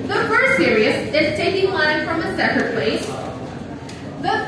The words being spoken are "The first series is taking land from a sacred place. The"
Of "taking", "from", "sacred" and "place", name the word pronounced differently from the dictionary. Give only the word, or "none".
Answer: sacred